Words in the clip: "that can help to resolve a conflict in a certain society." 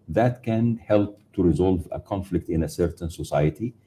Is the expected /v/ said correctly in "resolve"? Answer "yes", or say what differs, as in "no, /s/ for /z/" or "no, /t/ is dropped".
yes